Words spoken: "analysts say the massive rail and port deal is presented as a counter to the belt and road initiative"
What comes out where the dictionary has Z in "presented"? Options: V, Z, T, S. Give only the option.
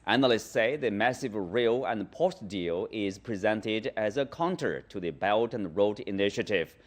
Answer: Z